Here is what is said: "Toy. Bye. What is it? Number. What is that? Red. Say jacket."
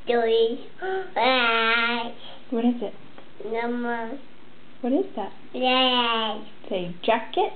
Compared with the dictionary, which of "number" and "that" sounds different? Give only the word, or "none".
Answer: number